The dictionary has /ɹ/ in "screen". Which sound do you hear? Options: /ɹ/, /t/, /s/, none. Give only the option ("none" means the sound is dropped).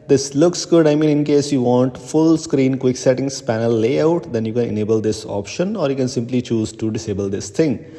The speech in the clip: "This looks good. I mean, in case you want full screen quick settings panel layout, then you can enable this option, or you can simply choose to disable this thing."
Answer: /ɹ/